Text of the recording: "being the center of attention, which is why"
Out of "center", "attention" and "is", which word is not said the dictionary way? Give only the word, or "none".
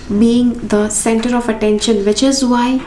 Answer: none